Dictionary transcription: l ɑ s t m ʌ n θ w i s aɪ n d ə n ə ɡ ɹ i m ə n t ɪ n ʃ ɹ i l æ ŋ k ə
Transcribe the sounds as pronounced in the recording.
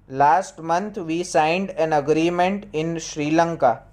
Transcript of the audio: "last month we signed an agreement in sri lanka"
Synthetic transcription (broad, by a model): l ɑ s t m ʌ n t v i s aɪ n d ə n ə ɡ ɹ i m ə n t ɪ n ʃ ɹ i l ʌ ŋ k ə